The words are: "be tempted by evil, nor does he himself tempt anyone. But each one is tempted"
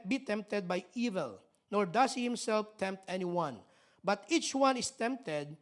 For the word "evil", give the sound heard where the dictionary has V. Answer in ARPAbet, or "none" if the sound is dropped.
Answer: V